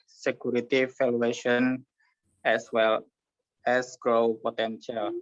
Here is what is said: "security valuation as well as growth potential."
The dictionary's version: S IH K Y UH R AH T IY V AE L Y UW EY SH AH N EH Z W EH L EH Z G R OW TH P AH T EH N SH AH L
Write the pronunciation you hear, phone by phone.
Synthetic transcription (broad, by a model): S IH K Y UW R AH T IY F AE L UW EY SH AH N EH S W EH L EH S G R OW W P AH T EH N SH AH L